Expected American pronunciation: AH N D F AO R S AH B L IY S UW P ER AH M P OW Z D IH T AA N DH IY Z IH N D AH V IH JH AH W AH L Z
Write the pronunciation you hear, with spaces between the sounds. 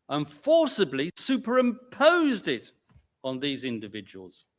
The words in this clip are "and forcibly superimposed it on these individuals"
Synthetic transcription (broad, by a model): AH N F AO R S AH B L IY S UW P ER AH M P OW Z D IH T N DH IY Z IH N D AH V IH JH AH W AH L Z